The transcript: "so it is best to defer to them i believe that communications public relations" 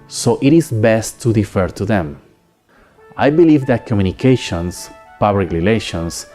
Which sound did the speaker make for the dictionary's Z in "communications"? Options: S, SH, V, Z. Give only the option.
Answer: S